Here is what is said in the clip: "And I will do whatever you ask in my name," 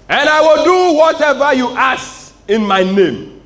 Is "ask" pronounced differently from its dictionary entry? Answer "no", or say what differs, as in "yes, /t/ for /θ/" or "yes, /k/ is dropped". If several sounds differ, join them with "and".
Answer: yes, /k/ is dropped